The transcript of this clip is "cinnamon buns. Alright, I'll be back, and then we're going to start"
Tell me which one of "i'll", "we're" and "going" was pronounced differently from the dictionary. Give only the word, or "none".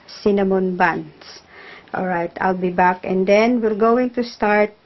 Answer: we're